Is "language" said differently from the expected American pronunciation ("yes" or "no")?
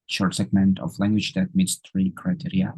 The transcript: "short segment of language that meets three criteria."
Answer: no